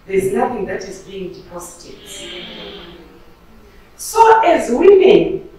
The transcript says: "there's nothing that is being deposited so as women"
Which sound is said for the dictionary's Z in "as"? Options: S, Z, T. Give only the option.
Z